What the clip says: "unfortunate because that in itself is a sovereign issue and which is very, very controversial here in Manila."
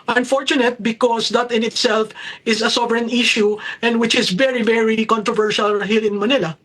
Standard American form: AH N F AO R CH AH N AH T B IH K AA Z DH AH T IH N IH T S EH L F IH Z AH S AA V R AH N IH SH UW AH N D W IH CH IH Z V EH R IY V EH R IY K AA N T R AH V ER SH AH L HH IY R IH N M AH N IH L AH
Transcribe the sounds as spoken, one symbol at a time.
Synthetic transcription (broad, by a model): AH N F AO R CH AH N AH T B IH K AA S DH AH T IH N IH T S EH L F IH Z AH S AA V R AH N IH SH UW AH N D W IH CH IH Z V EH R IY V EH R IY K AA N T R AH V ER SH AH L HH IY L IH N M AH N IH L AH